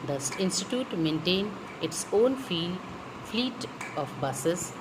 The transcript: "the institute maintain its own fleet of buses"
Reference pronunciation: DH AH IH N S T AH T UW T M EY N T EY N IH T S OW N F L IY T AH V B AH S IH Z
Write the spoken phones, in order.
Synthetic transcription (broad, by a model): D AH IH N S T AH T UW T M EY N T EY N IH T S OW N F L IY T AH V B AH S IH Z